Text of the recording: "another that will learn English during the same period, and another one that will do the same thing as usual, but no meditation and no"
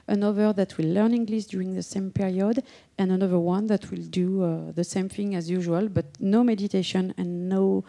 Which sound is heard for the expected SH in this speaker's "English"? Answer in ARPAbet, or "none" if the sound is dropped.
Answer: S